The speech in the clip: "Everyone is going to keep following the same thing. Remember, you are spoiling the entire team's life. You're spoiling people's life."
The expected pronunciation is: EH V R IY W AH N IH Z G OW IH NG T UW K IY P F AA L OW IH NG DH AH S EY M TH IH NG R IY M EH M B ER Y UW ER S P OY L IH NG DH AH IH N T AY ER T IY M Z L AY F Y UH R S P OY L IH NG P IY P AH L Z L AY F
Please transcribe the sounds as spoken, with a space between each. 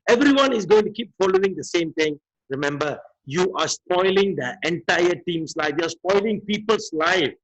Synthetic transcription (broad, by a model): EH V R IY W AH N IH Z G OW IH NG T UW K IY P F AA L OW IH NG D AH S EY M T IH NG R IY M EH M B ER Y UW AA S P OY L IH NG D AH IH N T AY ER T IY M S L AY F Y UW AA S P OY L IH NG P IY P AH L S L AY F